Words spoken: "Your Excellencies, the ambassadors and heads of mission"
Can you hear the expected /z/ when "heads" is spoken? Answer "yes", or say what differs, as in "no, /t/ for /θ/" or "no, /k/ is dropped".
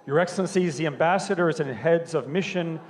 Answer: yes